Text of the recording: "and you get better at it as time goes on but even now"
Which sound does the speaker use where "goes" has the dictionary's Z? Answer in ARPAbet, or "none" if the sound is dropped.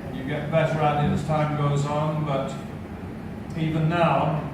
Z